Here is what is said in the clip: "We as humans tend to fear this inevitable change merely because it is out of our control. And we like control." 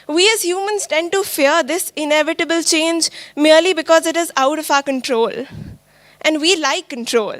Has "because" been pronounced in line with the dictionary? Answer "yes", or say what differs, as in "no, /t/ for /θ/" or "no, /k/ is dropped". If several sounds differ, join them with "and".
yes